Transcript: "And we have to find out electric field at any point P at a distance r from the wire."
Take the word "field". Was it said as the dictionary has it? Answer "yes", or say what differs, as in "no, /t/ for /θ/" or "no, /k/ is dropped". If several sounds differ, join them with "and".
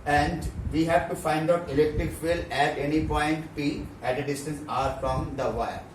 no, /d/ is dropped